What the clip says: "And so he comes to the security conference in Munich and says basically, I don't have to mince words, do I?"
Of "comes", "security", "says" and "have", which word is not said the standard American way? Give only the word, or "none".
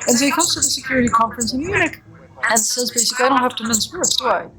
have